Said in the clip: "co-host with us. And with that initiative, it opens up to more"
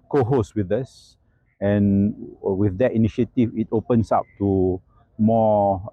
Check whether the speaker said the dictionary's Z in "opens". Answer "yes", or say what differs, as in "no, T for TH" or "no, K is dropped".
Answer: no, S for Z